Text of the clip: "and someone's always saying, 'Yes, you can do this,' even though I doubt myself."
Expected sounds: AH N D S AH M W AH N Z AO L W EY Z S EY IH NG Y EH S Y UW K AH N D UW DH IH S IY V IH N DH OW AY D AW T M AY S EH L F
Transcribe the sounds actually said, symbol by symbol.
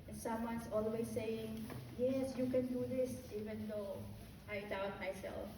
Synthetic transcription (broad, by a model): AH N S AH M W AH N S AO L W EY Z S EY IH NG Y EH S Y UW K AH N D UW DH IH S IY V IH N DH OW AY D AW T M AY S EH L F